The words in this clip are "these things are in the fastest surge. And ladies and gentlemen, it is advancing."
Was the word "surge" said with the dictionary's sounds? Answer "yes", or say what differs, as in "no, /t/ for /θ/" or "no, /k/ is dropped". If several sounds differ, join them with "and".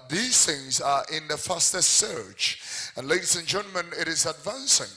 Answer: no, /tʃ/ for /dʒ/